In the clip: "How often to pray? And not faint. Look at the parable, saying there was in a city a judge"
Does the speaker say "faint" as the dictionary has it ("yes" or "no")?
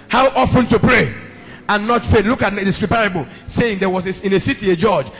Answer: no